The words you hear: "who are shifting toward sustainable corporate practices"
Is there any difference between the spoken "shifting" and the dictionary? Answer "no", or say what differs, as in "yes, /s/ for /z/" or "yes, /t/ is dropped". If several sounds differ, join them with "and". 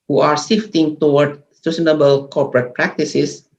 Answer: yes, /s/ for /ʃ/